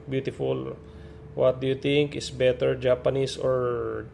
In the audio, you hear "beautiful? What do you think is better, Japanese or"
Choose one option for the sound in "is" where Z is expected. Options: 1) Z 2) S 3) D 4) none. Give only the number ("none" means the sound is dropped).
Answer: 2